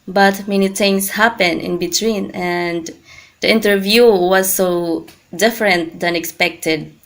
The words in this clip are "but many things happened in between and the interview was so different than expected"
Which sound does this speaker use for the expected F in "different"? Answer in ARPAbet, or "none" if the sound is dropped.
F